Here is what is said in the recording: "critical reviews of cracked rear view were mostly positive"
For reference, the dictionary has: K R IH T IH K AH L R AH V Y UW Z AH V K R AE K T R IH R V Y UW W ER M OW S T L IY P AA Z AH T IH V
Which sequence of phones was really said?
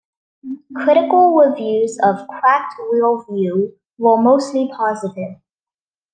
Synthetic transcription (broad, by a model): K R IH T IH K AH L R AH V Y UW Z AH V K R AE K T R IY L V Y UW W ER M OW S T L IY P AA Z AH T IH V